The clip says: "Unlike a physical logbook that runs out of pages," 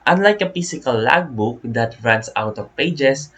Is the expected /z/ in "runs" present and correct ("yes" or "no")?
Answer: no